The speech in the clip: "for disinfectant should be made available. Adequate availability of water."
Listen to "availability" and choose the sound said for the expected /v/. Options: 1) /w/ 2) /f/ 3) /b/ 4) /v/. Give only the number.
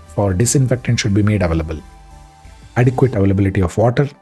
4